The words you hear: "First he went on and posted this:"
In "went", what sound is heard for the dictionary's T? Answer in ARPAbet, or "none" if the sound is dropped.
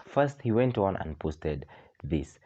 T